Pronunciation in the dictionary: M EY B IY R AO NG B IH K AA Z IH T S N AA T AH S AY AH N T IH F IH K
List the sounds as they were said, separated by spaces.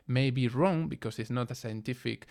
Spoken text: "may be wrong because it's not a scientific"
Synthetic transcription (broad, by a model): M EY B IY R AO NG B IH K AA S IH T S N AA T AH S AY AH N T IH F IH K